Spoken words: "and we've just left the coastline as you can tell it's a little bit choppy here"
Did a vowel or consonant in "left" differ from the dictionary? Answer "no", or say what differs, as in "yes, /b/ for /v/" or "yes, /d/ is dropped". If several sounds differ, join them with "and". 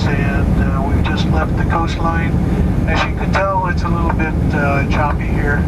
no